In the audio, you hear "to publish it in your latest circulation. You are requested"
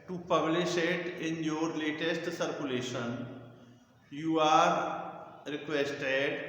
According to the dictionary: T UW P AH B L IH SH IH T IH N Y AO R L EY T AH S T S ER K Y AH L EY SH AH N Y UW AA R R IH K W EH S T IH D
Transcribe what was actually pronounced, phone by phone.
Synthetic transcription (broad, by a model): T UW P AH B L IH SH IH T IH N Y AO R L EY T AH S T S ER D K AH L EY SH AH N Y UW AA R R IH K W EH S T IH D